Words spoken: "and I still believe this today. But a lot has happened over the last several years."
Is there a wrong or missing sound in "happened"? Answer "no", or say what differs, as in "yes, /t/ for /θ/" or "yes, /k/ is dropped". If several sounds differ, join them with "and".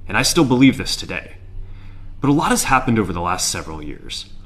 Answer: no